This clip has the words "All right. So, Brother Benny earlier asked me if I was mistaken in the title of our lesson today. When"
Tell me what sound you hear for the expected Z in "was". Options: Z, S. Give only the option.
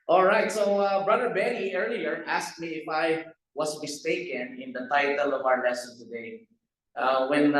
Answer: S